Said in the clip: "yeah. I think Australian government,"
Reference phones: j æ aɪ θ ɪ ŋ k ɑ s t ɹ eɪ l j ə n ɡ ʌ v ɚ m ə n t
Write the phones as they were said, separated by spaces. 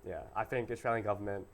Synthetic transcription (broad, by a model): j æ aɪ θ ɪ ŋ k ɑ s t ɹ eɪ l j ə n ɡ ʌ v ɚ m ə n t